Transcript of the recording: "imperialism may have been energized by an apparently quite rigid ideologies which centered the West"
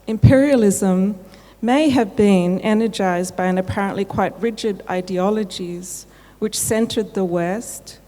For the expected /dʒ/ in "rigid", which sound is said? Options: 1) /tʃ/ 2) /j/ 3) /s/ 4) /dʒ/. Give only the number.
4